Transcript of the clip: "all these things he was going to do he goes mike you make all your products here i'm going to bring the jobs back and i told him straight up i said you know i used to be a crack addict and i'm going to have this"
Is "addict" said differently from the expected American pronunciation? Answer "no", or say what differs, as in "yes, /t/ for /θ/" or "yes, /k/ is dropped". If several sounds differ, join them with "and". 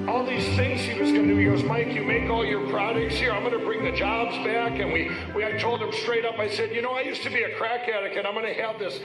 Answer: yes, /t/ is dropped